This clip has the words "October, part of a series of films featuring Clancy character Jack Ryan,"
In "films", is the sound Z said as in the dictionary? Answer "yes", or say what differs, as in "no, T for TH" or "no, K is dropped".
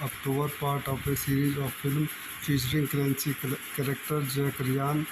no, Z is dropped